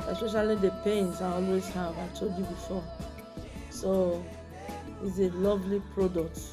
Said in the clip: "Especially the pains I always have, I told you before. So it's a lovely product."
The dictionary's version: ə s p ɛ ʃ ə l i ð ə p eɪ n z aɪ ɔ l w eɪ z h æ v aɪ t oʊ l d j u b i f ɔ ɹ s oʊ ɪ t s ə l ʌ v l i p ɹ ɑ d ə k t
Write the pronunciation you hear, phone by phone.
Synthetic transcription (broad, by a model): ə s p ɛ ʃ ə l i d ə p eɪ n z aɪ ɔ l w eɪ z h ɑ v aɪ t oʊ d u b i f ɔ s oʊ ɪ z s ə l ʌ v l i p ɹ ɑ d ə k t